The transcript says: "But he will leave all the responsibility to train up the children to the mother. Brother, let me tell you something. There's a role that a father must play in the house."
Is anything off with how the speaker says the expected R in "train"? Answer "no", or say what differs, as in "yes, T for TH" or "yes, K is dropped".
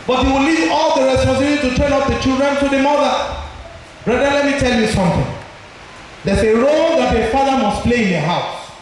yes, R is dropped